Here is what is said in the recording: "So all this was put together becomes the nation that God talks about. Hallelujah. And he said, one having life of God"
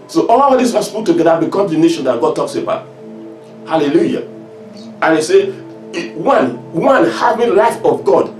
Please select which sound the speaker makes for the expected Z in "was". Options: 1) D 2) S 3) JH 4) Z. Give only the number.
2